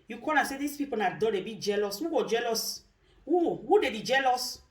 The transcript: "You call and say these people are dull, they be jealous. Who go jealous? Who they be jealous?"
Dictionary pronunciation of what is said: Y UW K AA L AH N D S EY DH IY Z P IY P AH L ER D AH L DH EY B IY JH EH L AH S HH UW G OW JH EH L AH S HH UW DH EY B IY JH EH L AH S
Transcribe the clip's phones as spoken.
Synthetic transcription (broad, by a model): Y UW K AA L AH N S EY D IY S P IY P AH N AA D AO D EY B IY JH EH L AH S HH UW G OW JH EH L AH S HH UW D EY B IY JH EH L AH S